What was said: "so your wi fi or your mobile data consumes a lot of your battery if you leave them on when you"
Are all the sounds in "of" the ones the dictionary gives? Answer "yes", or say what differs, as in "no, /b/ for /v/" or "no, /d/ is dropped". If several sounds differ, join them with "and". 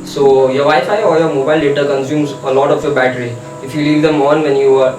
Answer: no, /f/ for /v/